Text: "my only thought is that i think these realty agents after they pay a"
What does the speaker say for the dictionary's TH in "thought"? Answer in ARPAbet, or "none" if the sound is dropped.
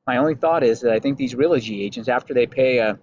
TH